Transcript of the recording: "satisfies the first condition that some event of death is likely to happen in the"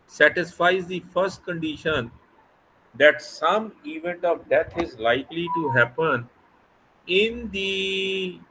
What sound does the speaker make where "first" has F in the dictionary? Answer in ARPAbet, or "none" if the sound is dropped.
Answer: F